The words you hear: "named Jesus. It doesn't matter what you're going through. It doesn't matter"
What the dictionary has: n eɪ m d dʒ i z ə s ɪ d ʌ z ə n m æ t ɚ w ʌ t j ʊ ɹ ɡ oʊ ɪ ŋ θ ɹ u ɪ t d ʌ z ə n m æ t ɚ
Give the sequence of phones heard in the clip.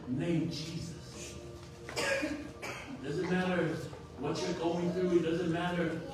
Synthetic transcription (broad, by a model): n eɪ m dʒ i z ə s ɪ d ʌ z ə n m æ t ɚ w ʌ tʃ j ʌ ɹ ɡ oʊ ɪ ŋ θ ɹ u ɪ t d ʌ z ə n m æ t ɚ